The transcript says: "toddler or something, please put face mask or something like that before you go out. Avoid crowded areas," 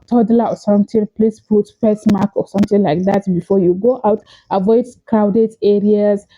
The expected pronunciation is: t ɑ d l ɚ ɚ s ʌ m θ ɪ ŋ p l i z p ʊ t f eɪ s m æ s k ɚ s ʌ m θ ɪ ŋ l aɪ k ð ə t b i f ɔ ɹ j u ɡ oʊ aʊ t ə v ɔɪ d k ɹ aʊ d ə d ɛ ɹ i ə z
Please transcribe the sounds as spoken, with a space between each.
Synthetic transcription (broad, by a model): t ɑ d l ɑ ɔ s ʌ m t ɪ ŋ p l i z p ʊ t p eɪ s m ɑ k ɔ s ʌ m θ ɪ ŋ l aɪ k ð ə t b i f ɔ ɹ j u ɡ oʊ aʊ t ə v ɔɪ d k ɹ aʊ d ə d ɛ ɹ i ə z